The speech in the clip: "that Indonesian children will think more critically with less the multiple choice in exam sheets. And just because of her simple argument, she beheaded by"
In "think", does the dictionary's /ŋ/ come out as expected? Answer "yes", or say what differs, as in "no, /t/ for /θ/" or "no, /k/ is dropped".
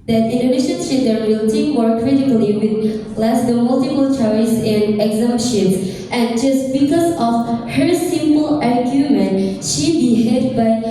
no, /ŋ/ is dropped